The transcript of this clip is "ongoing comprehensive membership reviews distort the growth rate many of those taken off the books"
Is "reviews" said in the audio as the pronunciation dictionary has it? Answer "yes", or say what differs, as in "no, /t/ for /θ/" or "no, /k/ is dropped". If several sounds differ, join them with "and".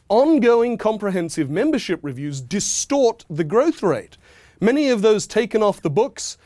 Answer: yes